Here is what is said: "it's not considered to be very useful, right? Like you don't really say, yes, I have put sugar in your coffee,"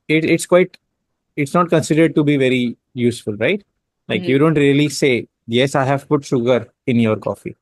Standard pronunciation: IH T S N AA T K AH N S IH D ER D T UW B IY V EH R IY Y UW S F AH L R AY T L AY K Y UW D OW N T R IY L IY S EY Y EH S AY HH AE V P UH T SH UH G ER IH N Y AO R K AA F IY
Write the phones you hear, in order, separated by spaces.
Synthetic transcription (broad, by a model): IH T S N AA T K AH N S IH D ER D T UW B IY V EH R IY Y UW S F AH L R AY T L AY K Y UW D OW N T R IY L IY S EY Y EH S AY HH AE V P UH T SH UH G ER IH N Y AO R K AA F IY